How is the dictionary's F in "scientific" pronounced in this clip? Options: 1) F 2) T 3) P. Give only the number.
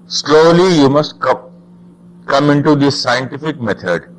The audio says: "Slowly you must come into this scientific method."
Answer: 1